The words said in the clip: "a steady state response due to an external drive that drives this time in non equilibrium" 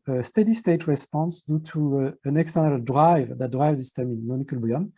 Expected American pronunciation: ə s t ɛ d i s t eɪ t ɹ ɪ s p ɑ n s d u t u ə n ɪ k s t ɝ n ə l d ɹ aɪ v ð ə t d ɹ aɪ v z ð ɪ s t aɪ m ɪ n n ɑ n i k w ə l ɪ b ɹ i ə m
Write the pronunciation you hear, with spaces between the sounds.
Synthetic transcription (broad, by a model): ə s t ɛ d i s t eɪ t ɹ ɪ s p ɑ n s d u t u ə n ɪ k s t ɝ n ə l d ɹ aɪ v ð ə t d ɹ aɪ v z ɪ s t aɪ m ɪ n n ɑ n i k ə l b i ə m